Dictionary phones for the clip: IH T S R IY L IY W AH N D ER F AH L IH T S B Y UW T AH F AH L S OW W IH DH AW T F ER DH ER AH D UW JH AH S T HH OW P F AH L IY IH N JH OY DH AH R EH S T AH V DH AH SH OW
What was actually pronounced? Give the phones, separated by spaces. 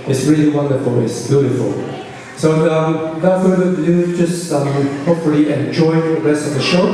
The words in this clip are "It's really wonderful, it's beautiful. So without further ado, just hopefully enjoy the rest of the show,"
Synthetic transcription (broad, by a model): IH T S R IY L IY W AH N D ER F AH L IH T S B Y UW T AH F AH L S OW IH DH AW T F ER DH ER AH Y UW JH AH S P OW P AH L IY IH N JH OY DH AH R EH S T AH V DH AH SH OW